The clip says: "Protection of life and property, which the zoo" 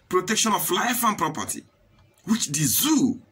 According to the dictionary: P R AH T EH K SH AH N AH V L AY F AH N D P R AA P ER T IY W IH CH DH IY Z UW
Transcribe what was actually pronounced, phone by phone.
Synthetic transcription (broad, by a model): P R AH T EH K SH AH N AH F L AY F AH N P R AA P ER T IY W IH CH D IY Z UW